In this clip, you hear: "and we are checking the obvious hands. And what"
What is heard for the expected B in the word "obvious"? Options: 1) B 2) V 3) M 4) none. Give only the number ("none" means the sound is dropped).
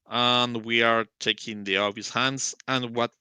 4